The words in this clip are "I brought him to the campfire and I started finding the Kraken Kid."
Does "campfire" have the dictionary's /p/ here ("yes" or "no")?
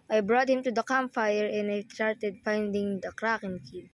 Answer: no